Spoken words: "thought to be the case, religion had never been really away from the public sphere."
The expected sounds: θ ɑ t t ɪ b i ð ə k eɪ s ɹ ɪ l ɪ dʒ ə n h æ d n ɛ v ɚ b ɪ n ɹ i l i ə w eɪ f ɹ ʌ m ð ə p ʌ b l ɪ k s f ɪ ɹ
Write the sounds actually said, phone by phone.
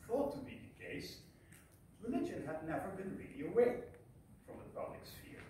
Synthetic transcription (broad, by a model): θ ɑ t t ɪ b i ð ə k eɪ s l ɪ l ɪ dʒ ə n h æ d n ɛ v ɚ b ɪ n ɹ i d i ə w eɪ f ɹ ʌ m ð ə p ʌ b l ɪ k s f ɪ ɹ